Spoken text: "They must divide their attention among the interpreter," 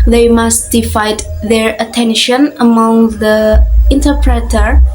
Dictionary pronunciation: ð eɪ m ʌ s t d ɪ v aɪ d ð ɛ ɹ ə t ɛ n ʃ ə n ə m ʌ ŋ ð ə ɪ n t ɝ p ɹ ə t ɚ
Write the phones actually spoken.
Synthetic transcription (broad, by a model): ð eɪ m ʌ s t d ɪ f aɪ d ð ɛ ɹ ə t ɛ n ʃ ə n ə m ʌ ŋ ð ə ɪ n t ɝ p ɹ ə t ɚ